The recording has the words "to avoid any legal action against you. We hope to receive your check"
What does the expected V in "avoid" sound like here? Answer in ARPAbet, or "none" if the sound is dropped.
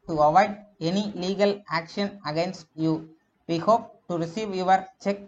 V